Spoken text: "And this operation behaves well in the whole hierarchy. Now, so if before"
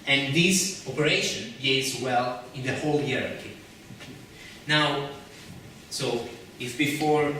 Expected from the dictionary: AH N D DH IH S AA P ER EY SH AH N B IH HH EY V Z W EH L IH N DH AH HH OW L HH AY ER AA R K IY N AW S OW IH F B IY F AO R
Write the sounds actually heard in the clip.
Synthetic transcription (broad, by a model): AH N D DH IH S AA P ER EY SH AH N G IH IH Z W EH L IH N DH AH HH OW L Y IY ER R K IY N AW S OW IH F B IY F AO R